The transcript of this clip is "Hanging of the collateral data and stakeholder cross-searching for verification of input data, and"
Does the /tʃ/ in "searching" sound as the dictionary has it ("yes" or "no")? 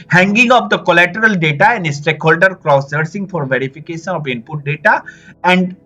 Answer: no